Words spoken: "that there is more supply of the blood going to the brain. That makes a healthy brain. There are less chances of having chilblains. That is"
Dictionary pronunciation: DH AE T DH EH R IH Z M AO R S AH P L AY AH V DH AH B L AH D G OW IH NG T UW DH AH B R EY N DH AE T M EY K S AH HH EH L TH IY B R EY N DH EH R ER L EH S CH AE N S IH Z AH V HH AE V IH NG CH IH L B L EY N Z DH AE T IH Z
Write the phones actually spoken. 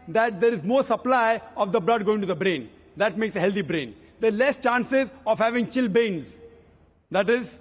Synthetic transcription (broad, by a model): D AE T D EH R IH Z M AO R S AH P L AY AH V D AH B L AH D G OW IH NG T UW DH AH B R EY N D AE T M EY K S AH HH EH L T IY B R EY N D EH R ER L EH S CH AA N S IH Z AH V HH AE V IH NG CH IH L B EY N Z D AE T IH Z